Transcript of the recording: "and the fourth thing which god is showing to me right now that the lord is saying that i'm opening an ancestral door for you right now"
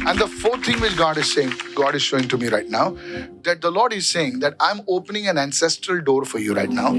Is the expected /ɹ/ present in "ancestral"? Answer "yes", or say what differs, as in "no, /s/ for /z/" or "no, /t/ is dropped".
yes